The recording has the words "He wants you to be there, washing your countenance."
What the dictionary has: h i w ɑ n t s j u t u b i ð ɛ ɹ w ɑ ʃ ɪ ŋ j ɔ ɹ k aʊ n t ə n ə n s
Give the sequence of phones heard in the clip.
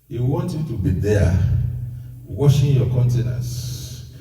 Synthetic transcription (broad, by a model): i w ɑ n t j u t u b i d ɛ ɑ w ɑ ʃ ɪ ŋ j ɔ k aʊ n t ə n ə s